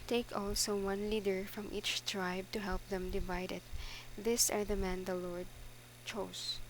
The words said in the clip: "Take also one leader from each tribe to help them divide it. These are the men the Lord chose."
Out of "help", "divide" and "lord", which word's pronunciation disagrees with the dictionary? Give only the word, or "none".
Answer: none